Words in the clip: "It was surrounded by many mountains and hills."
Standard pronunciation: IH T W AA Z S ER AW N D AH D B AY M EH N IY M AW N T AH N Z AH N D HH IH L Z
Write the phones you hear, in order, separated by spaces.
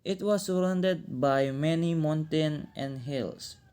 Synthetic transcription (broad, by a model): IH T W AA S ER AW N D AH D B AY M EH N IY M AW N T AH N AH N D HH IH L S